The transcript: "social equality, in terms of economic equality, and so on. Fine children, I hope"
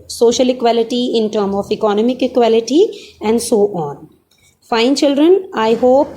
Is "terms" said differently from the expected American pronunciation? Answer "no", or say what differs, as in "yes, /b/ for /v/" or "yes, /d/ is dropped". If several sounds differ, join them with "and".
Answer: yes, /z/ is dropped